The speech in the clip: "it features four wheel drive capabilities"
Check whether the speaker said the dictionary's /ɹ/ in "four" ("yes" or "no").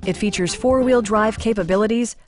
yes